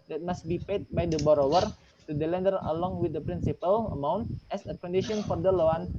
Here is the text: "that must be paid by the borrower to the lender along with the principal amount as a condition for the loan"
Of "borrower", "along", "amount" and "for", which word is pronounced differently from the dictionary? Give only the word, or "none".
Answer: none